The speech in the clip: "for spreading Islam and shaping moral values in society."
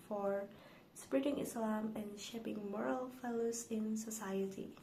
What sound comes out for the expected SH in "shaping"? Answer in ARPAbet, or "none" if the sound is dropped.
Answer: SH